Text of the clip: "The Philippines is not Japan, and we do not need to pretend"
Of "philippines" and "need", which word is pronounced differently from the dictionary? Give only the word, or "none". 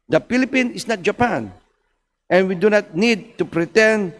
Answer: philippines